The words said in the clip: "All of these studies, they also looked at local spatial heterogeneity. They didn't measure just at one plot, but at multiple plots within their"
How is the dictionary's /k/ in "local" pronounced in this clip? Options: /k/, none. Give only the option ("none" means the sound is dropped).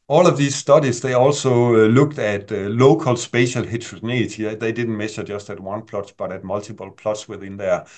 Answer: /k/